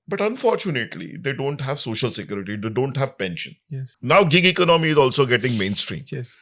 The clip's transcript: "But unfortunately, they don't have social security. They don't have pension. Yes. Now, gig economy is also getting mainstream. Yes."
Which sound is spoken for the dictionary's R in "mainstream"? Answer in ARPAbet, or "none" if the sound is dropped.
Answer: R